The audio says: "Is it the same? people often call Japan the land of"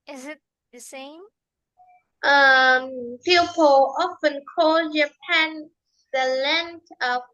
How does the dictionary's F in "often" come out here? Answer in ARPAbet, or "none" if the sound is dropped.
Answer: F